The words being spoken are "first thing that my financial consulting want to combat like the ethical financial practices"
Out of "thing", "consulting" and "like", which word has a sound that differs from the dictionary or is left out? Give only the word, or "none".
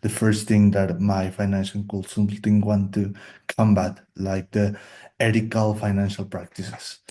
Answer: consulting